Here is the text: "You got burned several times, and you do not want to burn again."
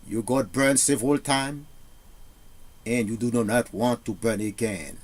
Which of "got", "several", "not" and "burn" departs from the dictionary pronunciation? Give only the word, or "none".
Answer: several